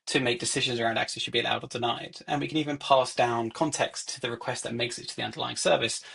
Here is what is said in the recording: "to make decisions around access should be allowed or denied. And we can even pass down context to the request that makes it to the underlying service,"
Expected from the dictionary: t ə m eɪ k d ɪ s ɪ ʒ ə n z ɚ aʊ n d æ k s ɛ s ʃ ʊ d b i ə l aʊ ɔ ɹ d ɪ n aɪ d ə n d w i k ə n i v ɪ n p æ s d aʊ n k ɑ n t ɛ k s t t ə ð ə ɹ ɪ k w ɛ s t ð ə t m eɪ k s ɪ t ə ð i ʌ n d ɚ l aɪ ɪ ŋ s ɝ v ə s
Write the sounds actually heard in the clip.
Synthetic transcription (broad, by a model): t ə m eɪ k d ɪ s ɪ ʒ ə n z ɚ aʊ n d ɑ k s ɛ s ʃ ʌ d b i ə l aʊ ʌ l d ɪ n aɪ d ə n w i k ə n i v ɪ n p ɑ s d aʊ n k ɑ n t ɛ k s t t ə ð ə ɹ ɪ k w ɛ s t ð ə t m eɪ k s ɪ t ə ð i ʌ n d ɚ l aɪ ɪ ŋ s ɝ v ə s